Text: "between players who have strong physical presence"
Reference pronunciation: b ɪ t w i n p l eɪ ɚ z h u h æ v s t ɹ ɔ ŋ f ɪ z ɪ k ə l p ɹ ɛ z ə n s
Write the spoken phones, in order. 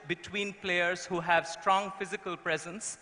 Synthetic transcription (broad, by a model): b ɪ t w i n p l eɪ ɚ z h u h æ v s t ɹ ɔ ŋ f ɪ z ɪ k ə l p ɹ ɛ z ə n s